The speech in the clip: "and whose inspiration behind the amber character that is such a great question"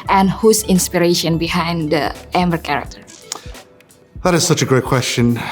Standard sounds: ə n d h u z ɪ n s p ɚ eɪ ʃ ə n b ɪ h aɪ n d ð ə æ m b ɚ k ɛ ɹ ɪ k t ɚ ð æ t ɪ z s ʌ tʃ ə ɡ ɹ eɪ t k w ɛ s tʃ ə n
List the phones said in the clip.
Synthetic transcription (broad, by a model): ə n h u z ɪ n s p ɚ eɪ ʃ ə n b ɪ h aɪ n d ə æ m ɚ k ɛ ɹ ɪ k t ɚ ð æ t ɪ z s ʌ tʃ ə ɡ ɹ eɪ t k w ɛ s tʃ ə n